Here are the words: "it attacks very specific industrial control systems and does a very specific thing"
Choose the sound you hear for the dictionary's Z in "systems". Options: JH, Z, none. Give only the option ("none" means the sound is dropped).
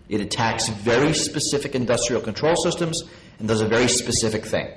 Z